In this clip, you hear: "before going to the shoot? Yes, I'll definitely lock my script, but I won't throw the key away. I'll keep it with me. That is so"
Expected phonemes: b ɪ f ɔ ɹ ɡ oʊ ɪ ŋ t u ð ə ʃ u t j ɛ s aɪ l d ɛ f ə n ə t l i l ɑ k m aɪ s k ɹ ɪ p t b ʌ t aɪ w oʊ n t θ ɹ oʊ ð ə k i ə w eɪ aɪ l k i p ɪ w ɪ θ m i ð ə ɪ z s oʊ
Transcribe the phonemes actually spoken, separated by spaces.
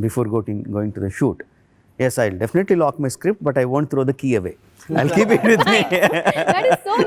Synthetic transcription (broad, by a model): b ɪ f ɔ ɹ ɡ oʊ ɪ ŋ t u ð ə ʃ u t j ɛ s aɪ l d ɛ f ə n ə t l i l ɑ k m aɪ s k ɹ ɪ p t b ʌ t aɪ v oʊ n t t ɹ oʊ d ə k i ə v eɪ aɪ l k i p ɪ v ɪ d m i